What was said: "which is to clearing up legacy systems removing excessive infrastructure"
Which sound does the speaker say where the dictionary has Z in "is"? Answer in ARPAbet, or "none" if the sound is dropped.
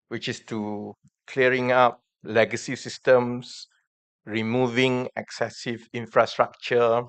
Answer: S